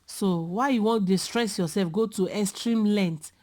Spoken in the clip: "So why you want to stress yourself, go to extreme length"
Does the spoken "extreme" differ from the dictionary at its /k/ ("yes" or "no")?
yes